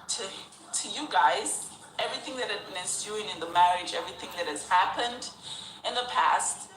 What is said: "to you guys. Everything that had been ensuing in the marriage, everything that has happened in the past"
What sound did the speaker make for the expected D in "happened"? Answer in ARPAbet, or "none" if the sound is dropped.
D